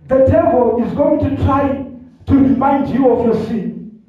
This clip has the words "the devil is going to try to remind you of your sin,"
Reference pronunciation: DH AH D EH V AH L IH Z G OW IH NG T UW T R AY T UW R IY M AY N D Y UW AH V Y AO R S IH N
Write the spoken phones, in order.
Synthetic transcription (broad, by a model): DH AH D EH B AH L IH Z G OW IH NG T UW T R AY T UW R IY M AY N D Y UW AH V Y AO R S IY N